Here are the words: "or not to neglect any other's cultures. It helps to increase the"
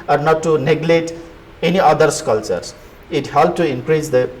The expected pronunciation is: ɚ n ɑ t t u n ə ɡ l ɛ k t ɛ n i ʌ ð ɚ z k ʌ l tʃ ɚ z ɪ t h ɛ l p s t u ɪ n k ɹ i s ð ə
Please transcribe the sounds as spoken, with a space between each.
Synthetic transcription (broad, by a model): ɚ n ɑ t t u n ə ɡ l ɛ t ɛ n i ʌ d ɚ s k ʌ l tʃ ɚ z ɪ t h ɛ l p t u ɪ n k ɹ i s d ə